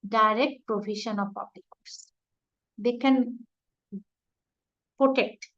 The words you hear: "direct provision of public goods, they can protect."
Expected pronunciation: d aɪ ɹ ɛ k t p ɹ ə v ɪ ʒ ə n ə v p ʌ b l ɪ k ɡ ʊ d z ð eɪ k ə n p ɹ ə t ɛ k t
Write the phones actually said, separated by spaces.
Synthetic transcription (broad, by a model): d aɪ ɹ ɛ k t p ɹ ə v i ʃ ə n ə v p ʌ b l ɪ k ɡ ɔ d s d eɪ k ə n p ɹ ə t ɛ k t